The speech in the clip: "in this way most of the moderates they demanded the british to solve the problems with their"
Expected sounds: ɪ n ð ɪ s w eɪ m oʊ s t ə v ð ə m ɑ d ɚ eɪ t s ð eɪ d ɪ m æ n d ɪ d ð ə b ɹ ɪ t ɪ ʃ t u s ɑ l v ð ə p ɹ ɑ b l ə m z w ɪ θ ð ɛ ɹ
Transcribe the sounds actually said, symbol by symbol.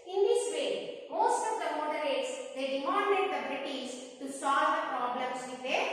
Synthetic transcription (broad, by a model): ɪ n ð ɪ s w eɪ m oʊ s t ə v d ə m ɑ d ɚ eɪ t s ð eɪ d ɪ m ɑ n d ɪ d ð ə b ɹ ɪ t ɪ s t u s ɑ l v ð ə p ɹ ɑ b l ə m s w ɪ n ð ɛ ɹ